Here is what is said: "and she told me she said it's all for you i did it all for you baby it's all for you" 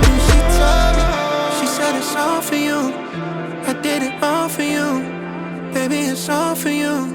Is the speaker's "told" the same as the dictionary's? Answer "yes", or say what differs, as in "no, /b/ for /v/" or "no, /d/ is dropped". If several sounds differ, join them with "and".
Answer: no, /l/ is dropped